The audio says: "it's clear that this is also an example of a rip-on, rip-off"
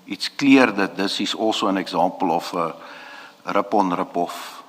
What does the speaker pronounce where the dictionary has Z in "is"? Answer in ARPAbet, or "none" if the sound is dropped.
S